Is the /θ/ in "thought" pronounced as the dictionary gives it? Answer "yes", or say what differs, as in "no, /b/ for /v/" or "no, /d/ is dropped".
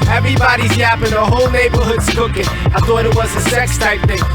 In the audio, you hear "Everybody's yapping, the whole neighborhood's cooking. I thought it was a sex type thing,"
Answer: yes